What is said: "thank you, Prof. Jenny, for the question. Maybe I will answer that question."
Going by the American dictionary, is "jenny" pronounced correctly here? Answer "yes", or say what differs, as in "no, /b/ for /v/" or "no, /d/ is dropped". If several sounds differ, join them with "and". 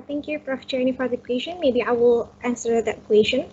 no, /tʃ/ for /dʒ/